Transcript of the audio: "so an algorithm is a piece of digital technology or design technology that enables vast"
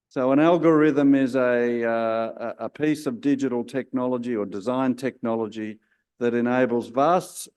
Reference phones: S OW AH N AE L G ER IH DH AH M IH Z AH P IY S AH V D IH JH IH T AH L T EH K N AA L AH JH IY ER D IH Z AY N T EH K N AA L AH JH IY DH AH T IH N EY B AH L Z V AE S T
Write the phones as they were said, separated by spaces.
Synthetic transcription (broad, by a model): S OW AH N AE L G ER IH DH AH M IH Z AH P IY S AH V D IH JH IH T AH L T EH K N AA L AH JH IY ER D IH Z AY N T EH K N AA L AH JH IY DH AH T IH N EY B L Z V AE S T